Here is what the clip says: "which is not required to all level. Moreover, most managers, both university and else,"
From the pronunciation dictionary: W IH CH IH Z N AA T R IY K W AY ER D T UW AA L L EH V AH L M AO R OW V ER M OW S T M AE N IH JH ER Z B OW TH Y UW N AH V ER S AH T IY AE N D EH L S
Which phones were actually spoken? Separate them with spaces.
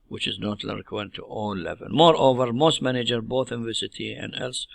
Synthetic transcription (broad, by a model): W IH CH IH Z N AA T L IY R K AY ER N T UW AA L L EH V AH L M AO R OW V ER M OW S T M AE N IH JH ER B OW TH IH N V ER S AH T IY AE N D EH L S